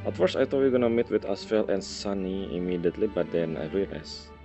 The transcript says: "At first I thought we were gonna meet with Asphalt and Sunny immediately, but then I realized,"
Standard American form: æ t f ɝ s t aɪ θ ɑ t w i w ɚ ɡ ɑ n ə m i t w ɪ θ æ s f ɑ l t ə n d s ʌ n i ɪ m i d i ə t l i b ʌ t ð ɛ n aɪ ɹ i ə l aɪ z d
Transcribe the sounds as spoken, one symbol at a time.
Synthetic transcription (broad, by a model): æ t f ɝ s aɪ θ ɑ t w i ɡ ɑ n ə m i t w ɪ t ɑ s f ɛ l t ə n s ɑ n i ɪ m i d i ə t l i b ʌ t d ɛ n aɪ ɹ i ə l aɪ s